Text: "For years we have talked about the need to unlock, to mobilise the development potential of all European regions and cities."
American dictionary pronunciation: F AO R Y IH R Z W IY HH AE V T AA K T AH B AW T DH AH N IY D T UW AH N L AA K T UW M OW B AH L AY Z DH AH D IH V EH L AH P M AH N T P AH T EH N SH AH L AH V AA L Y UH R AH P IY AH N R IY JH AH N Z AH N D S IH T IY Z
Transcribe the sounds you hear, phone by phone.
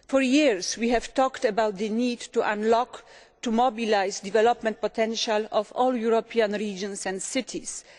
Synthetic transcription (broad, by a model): F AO R Y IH R S W IY HH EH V T AA K T AH B AW T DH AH N IY D T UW AH N L AA K T UW M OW B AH L AY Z D IH V EH L AH P M AH N T P AH T EH N SH AH L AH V AA L Y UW R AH P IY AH N R IY JH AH N S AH N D S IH T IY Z